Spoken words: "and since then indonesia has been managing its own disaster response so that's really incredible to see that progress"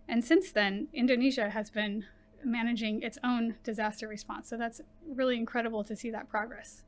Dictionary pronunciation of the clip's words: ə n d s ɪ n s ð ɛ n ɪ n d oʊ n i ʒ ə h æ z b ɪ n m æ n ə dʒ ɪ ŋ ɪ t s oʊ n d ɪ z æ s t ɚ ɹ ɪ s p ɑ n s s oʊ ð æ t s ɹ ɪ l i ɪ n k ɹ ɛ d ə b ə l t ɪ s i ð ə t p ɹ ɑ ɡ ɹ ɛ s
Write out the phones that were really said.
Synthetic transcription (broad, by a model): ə n s ɪ n s ð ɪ n ɪ n d oʊ n i ʒ ə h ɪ z b ɪ n m æ n ə dʒ ɪ ŋ ɪ t s oʊ n d ɪ z æ s t ɚ ɹ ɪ s p ɑ n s s oʊ ð æ t s ɹ ɪ l i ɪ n k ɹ ɛ d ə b l t ɪ s i ð ə t p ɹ ɑ ɡ ɹ ɛ s